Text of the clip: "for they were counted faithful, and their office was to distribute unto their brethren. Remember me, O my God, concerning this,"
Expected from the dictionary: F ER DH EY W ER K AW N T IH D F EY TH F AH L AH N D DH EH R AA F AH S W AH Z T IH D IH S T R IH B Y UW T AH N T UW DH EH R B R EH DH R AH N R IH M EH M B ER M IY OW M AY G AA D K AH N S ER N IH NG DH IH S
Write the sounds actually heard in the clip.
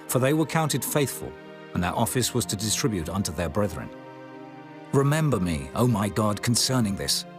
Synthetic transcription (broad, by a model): F ER DH EY W ER K AW N T IH D F EY TH F AH L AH N DH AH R AA F AH S W AH Z T IH D IH S T R IH B Y UW T AH N T UW DH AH R B R EH DH R AH N R IH M EH M B ER M IY OW M AY G AA D K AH N S ER N IH NG DH IH S